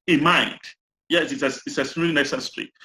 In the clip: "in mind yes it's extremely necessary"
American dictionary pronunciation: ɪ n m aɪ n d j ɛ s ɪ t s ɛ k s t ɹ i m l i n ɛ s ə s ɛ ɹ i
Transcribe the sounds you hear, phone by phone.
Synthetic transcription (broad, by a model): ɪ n m aɪ n d j ɛ s ɪ t s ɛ s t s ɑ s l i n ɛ s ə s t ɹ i